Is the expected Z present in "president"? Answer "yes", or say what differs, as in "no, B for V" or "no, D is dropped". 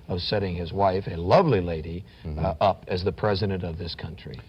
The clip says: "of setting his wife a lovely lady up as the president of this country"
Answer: yes